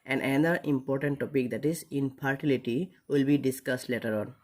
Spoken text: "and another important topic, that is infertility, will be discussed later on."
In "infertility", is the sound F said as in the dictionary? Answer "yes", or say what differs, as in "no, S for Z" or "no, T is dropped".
no, P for F